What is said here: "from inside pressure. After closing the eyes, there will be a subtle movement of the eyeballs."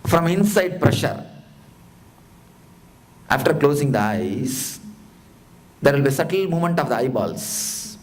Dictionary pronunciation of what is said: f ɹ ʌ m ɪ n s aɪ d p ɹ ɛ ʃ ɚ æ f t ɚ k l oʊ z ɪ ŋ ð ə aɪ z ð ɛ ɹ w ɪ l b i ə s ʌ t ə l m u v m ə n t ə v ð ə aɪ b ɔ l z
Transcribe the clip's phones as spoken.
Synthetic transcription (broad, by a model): f ɹ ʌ m ɪ n s aɪ d p ɹ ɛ ʃ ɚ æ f t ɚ k l oʊ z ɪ ŋ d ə aɪ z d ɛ ɹ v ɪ l b i s ʌ t ə l m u m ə n t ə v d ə aɪ b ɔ l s